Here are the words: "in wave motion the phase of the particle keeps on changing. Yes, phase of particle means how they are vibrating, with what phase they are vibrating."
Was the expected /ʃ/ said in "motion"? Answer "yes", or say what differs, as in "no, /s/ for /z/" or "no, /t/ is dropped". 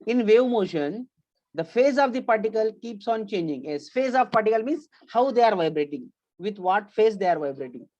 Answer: yes